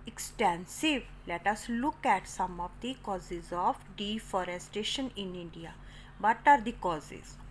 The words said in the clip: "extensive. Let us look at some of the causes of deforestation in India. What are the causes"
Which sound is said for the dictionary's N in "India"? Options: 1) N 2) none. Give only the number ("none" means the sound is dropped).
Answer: 1